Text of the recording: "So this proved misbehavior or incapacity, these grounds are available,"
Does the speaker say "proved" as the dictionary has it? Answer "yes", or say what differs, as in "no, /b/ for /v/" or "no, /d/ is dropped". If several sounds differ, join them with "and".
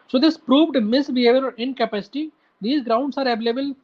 yes